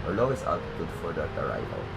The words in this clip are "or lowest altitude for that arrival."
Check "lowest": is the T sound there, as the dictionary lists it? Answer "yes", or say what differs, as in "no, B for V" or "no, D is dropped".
no, T is dropped